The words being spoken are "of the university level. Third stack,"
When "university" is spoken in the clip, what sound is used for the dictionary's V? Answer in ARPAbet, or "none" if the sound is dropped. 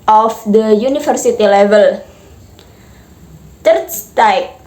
F